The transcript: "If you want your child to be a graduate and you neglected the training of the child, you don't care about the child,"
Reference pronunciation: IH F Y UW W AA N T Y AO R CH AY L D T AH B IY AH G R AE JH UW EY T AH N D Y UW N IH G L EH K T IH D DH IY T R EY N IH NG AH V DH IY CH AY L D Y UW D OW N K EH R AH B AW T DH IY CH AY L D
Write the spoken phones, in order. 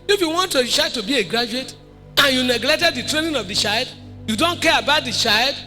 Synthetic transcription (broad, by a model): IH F Y UW W AA N T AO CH AY D T AH B IY AH G R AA JH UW EY T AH N Y UW N IH G L EH K T IH D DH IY T R EY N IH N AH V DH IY CH AY L D Y UW D OW N K EH R AH B AW T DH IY CH AY L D